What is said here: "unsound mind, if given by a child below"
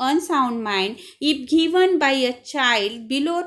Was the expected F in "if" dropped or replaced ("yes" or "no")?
yes